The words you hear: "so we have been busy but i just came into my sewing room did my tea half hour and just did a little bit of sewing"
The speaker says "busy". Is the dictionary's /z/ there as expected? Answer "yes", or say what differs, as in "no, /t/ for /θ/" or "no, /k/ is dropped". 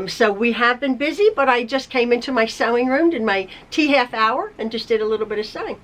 yes